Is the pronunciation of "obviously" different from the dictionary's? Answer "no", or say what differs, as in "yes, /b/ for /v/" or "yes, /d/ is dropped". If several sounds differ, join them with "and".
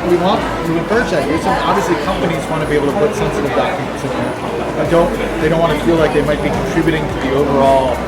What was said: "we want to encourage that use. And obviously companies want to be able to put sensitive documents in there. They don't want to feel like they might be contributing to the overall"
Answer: no